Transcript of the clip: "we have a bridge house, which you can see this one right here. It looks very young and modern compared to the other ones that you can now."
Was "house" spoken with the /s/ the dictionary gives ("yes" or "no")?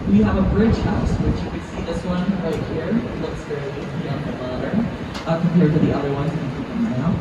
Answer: yes